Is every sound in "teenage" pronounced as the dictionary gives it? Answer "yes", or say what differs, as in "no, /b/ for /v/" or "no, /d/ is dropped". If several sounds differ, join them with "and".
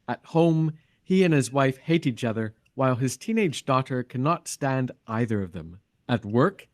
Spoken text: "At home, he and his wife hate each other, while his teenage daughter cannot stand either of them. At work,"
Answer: yes